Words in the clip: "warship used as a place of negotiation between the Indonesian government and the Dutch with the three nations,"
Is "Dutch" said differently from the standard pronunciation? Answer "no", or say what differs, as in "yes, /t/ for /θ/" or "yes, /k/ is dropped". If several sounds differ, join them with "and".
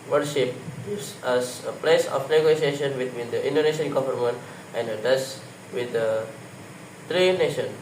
yes, /s/ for /tʃ/